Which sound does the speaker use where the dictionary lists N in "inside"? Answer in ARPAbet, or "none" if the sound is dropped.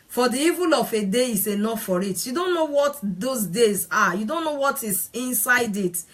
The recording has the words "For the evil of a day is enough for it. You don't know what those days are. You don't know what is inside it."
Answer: N